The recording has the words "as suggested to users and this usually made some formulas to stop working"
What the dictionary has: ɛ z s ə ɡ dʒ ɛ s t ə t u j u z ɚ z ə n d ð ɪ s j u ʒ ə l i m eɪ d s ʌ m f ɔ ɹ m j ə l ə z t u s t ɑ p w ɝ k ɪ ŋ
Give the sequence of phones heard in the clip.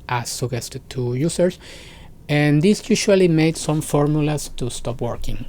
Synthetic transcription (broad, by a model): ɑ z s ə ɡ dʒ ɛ s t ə t u j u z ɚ s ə n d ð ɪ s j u ʃ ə l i m eɪ d s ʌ m f ɔ ɹ m j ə l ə s t u s t ɑ p w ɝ k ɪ ŋ